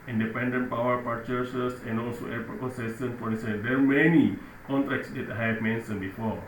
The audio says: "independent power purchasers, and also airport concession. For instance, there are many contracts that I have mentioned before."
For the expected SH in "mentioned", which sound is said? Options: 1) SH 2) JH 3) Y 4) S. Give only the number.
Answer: 4